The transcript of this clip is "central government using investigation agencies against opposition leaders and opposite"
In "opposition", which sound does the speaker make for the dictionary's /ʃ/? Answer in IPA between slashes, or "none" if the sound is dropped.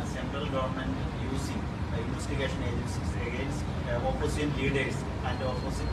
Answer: none